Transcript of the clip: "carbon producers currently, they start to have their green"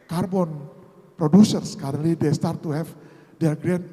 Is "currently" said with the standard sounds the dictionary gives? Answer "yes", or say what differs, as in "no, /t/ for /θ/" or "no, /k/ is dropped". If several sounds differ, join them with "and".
no, /n/ is dropped